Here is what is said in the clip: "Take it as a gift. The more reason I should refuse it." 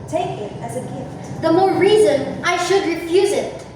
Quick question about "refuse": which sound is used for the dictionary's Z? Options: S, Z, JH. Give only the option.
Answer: Z